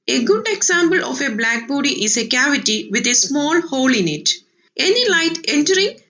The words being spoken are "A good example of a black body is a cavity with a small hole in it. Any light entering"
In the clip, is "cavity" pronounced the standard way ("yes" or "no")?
yes